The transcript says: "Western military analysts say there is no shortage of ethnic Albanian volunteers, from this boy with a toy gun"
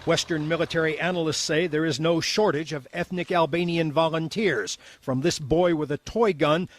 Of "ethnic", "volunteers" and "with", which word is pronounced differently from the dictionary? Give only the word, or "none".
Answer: none